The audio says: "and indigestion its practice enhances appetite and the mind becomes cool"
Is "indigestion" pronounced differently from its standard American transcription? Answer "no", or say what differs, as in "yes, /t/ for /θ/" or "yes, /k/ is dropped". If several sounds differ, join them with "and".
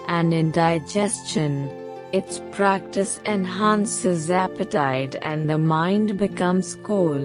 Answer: no